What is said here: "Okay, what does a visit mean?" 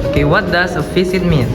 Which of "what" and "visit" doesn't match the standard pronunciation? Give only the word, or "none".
visit